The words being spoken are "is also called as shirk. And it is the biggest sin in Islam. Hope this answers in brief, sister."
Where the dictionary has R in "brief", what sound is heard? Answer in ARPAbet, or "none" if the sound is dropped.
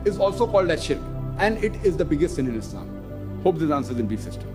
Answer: none